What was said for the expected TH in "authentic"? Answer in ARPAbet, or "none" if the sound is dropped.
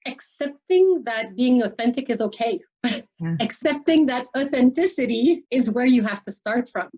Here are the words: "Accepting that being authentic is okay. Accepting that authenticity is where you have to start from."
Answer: TH